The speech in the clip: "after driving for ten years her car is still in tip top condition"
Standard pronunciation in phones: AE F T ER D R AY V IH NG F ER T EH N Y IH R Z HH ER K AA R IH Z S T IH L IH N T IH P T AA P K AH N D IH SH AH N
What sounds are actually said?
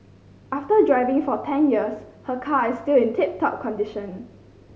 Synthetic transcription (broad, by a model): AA F T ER D R AY V IH NG F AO T EH N Y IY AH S HH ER K AA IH S T IH L IH N T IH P T AA P K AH N D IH SH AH N